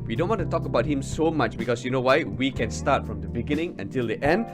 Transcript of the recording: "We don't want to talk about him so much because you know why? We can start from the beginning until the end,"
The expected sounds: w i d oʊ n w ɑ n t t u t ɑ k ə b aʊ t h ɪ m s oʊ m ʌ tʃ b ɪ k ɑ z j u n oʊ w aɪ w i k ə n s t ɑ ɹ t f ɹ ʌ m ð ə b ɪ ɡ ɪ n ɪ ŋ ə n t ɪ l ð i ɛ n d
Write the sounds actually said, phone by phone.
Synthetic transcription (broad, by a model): w i d oʊ n w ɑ n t t u t ɑ k ə b aʊ t h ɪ m s oʊ m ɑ tʃ b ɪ k ɑ s j u n oʊ w aɪ w i k ə n s t ɑ t f ɹ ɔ m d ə b ɪ ɡ ɪ n ɪ ŋ ə n t ɪ l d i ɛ n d